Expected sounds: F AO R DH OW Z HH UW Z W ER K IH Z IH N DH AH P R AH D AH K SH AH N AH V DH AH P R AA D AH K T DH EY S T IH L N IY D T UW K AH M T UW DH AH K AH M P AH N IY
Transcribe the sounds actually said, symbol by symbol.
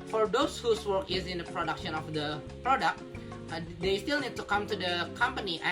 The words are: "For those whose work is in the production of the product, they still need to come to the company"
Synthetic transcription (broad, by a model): F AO R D OW S HH UW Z W ER K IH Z IH N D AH P R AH D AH K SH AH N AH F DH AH P R AA D AH K T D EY S T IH L N IY D T UW K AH M T UW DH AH K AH M P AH N IY